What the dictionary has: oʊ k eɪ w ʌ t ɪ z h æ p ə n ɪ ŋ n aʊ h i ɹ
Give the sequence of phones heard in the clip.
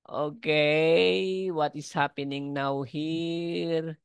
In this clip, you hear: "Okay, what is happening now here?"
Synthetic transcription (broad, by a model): oʊ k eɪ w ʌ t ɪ s h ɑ p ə n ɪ ŋ n aʊ h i ɹ